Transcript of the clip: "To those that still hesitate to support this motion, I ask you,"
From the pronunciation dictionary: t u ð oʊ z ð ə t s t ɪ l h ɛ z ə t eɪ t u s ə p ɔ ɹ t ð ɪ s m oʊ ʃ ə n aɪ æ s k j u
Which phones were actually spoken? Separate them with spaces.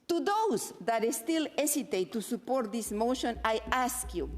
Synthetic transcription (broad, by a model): t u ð oʊ s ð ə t s t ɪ l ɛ s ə t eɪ t u s ə p ɔ ɹ t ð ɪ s m oʊ ʃ ə n aɪ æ s k j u